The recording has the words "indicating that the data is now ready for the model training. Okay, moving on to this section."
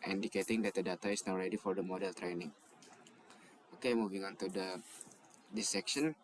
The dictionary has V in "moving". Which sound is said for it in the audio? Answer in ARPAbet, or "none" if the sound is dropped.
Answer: V